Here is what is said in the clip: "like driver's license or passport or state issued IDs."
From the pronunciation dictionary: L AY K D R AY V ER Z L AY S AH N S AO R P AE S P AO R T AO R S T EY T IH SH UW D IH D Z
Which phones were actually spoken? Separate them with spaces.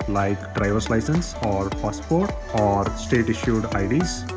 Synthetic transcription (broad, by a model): L AY K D R AY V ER S L AY S AH N S AO R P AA S P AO R T AO R S T EY T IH SH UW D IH D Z